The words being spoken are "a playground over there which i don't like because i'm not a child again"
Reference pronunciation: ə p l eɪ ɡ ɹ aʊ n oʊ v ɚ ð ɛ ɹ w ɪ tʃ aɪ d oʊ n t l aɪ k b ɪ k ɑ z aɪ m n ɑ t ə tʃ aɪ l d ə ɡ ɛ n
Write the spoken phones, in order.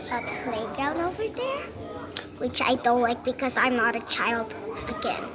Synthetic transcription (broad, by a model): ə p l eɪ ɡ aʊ n oʊ v ɚ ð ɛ ɹ w ɪ tʃ aɪ d oʊ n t l aɪ k b ɪ k ɑ z aɪ m n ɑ t ə tʃ aɪ l d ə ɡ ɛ n